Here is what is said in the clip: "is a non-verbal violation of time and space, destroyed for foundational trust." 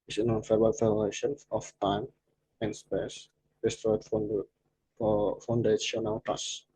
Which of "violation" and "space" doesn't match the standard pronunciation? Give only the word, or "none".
violation